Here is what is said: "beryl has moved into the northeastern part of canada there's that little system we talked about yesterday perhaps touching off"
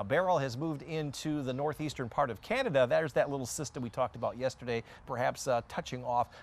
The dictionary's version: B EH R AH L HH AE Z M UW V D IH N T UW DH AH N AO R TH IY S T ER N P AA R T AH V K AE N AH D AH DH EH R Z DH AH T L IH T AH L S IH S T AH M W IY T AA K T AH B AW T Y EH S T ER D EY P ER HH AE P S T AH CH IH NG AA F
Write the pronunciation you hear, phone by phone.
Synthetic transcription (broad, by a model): B EH R L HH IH Z M UW V D IH N T UW DH AH N AO R TH IY S T ER N P AA R T AH V K AE N AH D AH DH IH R Z DH AH T L IH T L S IH S T AH M W IY T AA K T AH B AW T Y EH S T ER D EY P ER HH AE P S T AH CH IH NG AA F